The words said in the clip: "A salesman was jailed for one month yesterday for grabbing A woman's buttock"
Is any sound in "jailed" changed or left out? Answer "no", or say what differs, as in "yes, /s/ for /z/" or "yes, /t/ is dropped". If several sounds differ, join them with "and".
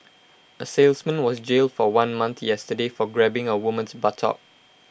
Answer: no